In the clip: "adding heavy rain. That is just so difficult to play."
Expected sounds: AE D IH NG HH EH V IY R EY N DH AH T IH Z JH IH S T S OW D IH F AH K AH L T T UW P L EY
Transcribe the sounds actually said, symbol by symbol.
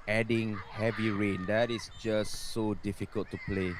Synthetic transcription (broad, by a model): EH D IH NG HH EH V IY R EY N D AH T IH S JH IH S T S OW D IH F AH K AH L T T UW P L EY